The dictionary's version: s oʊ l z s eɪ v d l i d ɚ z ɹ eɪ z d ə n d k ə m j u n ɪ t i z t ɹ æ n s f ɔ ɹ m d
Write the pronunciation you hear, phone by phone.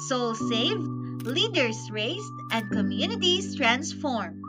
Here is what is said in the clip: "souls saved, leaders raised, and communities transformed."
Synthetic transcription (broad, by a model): s oʊ l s eɪ v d l i d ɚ s ɹ eɪ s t ə n d k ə m j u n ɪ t i s t ɹ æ n s f ɔ ɹ m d